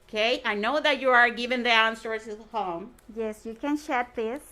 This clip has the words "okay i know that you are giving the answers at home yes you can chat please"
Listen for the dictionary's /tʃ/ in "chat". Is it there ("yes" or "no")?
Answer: no